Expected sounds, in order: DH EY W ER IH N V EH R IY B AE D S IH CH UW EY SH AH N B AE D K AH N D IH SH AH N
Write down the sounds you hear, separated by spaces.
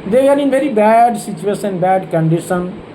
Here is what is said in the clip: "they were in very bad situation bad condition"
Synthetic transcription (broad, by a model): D EY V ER IH N V EH R IY B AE D S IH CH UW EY S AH N B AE D K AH N D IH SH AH N